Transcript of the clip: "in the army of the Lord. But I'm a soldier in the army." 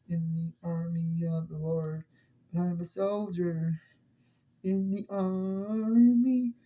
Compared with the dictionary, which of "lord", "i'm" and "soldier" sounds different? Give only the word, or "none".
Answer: none